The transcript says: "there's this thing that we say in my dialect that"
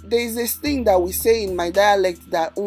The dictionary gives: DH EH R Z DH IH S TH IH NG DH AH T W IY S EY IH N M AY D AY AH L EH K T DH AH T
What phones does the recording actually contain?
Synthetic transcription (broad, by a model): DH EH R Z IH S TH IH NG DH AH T W IY S EY IH N M AY D AY AH L EH K T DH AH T